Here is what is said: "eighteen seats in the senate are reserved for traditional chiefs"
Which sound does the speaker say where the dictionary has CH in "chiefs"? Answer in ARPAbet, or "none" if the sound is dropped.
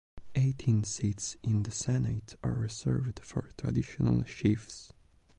SH